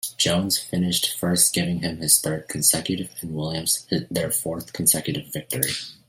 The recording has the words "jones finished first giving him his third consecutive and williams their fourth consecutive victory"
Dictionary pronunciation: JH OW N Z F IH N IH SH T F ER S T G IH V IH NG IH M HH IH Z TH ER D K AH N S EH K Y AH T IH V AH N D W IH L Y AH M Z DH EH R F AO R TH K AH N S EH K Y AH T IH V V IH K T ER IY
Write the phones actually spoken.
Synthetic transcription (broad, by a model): JH OW N Z F IH N IH SH T F ER S T G IH V IH NG IH M IH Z TH ER D K N S EH K Y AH T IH V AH N W IH L Y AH M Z DH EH R F AO R TH K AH N S EH K Y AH T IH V V IH K T ER IY